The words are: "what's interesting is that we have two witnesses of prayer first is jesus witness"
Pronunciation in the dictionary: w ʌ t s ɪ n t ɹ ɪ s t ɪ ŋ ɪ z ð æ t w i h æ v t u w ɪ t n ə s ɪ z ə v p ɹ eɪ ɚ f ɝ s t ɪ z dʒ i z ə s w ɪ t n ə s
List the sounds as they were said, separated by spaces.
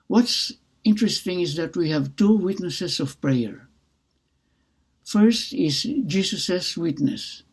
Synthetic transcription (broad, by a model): w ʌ t s ɪ n t ɹ ɪ s t ɪ ŋ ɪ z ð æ t w i h æ v t u w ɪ t n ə s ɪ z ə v p ɹ eɪ ɚ f ɝ s t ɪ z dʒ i s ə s w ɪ t n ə s